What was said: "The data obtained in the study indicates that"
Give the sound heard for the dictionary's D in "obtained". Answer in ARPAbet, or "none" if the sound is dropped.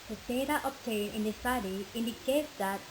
none